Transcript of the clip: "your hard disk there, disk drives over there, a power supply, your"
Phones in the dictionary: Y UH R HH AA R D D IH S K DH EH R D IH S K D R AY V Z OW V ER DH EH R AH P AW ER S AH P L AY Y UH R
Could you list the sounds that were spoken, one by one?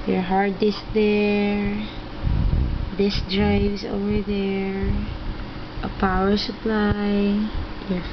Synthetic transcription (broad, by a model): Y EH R HH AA R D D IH S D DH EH R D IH S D R AY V S OW V ER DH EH R AH P AW ER S AH P L AY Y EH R